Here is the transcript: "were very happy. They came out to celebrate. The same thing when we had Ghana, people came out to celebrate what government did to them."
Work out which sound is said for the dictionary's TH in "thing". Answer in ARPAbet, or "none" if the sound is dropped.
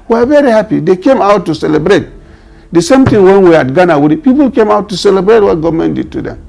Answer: T